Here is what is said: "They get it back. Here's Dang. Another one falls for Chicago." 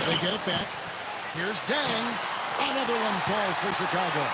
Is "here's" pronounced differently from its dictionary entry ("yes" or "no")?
no